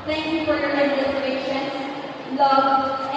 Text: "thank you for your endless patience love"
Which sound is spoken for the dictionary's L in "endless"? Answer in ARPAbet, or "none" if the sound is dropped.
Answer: none